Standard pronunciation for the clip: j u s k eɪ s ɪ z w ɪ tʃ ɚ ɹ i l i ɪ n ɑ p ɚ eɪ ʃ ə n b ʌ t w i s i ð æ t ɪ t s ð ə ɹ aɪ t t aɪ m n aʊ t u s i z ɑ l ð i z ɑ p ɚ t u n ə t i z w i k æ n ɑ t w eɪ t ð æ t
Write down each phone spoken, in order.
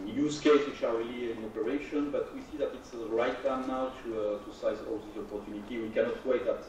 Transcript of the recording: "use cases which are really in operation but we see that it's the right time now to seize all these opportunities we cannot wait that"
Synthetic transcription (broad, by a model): j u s k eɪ ɪ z w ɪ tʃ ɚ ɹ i l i ɪ n ɑ p ɚ eɪ ʃ ə n b ʌ t w i s i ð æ t ɪ t s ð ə ɹ aɪ t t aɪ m n aʊ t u s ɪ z ɑ l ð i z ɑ p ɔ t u n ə t i w i k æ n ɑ t w eɪ t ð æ t